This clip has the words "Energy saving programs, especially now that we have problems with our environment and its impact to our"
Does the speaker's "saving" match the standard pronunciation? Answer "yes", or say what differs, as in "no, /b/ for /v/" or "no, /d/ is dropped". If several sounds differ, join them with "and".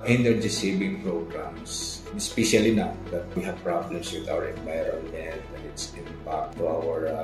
no, /b/ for /v/